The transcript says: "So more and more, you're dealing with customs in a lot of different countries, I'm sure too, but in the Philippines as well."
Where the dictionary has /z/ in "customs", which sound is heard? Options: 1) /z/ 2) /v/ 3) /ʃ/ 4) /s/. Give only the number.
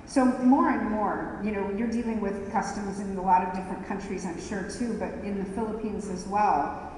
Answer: 1